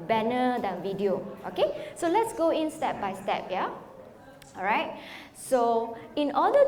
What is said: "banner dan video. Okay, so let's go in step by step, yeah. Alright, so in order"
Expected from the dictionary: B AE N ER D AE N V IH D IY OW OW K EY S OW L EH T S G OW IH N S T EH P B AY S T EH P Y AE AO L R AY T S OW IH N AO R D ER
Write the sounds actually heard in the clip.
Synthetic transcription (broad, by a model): B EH N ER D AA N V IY D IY OW OW K EY S OW L EH T S G OW IH N S T EH P B AY S T EH P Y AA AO R AY T S OW IH N AO D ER